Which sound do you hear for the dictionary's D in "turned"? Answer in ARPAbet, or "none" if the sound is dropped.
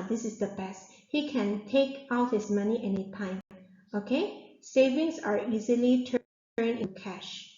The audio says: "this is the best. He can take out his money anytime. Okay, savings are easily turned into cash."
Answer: none